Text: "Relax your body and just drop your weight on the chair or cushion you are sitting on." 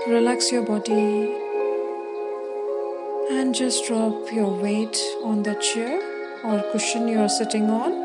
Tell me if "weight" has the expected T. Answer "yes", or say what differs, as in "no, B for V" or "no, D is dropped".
yes